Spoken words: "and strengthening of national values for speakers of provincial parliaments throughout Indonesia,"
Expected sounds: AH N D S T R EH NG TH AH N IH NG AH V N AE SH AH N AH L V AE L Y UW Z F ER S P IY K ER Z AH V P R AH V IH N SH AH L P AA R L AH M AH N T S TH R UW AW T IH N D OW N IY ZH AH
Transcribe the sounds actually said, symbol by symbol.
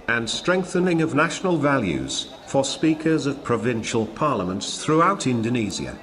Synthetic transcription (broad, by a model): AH N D S T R EH NG TH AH N IH NG AH V N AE SH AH N AH L V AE L Y UW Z F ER S P IY K ER Z AH V P R AH V IH N SH AH L P AA R L AH M AH N T S TH R UW AW T IH N D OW N IY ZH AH